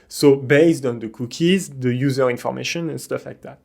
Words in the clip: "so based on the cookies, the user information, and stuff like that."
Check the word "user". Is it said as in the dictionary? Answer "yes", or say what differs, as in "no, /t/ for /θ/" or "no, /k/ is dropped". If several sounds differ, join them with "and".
yes